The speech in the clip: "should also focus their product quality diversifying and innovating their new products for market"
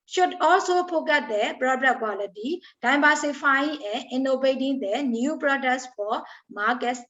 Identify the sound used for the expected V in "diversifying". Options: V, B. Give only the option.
B